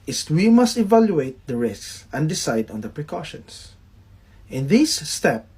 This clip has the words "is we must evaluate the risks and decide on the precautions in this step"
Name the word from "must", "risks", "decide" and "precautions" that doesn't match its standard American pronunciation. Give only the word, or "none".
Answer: precautions